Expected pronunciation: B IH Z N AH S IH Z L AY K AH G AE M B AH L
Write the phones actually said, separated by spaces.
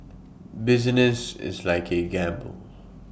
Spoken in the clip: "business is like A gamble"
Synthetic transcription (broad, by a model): B IH Z N AH S IH Z L AY K AH G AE M B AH L